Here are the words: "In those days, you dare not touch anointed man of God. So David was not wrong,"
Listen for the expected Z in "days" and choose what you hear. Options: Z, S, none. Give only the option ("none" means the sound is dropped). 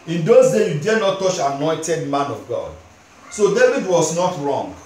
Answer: none